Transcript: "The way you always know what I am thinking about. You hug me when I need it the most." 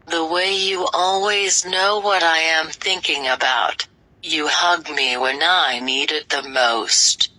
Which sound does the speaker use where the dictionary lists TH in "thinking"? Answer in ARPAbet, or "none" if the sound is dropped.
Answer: TH